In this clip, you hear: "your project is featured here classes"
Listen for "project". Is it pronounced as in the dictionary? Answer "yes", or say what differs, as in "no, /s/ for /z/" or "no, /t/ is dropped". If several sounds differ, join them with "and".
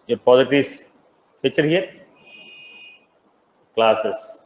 no, /ɹ/ is dropped and /k/ is dropped